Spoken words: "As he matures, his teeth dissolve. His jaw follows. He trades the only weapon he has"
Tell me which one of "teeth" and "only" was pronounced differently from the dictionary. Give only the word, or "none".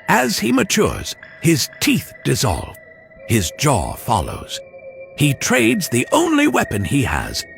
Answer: none